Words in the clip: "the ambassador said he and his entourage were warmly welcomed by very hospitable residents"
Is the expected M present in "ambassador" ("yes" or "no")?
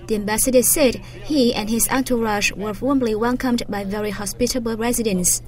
yes